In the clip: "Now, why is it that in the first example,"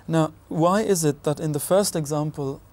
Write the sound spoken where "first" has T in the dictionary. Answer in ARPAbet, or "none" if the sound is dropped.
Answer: T